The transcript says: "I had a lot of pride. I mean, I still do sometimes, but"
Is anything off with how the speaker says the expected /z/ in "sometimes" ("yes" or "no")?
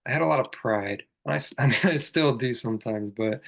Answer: no